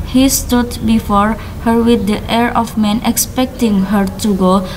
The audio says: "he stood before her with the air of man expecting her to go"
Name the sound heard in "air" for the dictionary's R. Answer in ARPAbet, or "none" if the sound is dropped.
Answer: R